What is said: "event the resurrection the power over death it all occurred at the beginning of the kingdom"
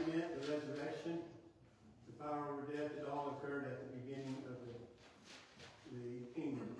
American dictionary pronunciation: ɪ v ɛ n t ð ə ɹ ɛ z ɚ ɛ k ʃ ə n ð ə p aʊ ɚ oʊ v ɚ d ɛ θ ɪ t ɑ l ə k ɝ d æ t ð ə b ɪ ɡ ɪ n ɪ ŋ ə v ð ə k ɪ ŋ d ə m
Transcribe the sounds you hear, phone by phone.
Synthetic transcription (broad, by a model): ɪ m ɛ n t ð ə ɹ ɛ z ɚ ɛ ʃ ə n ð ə p aʊ ɚ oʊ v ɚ d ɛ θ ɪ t ɑ l ə k ɝ d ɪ t ð ə b ɪ ɡ ɪ n ɪ ŋ ə v ð ə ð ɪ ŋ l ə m